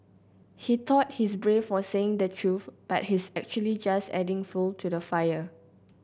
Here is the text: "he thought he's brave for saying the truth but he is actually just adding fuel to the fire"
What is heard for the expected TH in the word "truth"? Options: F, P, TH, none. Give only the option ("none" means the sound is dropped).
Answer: F